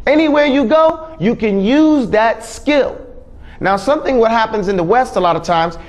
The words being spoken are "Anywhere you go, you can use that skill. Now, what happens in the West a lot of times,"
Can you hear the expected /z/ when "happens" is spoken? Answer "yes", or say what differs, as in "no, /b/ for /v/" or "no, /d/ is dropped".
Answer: yes